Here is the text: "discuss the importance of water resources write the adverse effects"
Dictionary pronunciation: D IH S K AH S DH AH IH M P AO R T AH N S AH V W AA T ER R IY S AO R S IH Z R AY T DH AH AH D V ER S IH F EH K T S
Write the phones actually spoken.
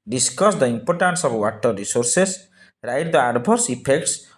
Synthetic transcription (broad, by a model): D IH S K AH S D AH IH M P AO R T AH N S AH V W AA T ER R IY S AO R S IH S R AY T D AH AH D B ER S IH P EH K T S